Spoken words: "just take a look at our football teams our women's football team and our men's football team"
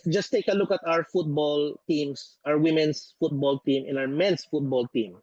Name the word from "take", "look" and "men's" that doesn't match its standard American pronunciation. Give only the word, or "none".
men's